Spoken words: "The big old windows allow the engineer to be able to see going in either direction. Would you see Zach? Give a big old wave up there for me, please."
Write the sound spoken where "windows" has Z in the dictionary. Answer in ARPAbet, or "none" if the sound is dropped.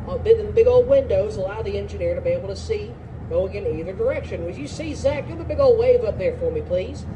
Z